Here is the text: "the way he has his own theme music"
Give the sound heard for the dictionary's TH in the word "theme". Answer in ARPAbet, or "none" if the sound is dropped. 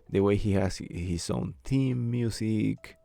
T